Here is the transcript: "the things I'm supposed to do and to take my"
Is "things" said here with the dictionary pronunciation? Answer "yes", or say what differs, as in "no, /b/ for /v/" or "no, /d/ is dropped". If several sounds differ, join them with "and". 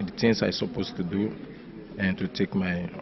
no, /t/ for /θ/